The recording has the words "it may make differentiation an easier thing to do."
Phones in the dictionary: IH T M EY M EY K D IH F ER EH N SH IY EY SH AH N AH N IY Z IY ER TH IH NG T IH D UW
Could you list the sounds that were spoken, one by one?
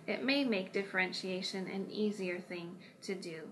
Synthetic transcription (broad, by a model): IH T M EY M EY K D IH F ER EH N SH IY EY SH AH N AH N IY Z IY ER TH IH NG T IH D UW